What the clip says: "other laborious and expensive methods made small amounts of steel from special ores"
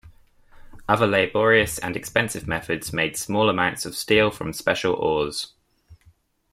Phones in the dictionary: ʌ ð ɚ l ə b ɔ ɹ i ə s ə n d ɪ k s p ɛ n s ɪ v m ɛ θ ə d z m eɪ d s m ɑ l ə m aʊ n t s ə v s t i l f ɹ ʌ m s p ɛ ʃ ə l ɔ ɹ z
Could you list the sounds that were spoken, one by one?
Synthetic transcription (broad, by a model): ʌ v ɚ l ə b ɔ ɹ i ə s ə n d ɪ k s p ɛ n s ɪ v m ɛ θ ə d z m eɪ d s m ɑ l ə m aʊ n t s ə v s t i l f ɹ ʌ m s p ɛ ʃ ə l ɔ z